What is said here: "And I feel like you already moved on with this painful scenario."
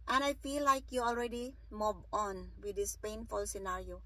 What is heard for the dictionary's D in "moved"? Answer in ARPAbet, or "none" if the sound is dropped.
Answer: none